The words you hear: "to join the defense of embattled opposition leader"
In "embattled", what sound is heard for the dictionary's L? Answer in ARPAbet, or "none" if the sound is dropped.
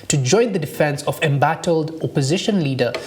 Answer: L